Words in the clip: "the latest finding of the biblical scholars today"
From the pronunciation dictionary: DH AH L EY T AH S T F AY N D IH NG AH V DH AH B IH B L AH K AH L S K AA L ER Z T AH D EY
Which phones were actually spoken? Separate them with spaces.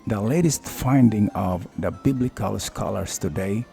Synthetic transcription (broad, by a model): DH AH L EY T AH S T F AY N D IH NG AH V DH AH B IH B L AH K AH L S K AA L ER S T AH D EY